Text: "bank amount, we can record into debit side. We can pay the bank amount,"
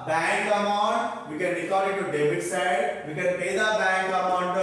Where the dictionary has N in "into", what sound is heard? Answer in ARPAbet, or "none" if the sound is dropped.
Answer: none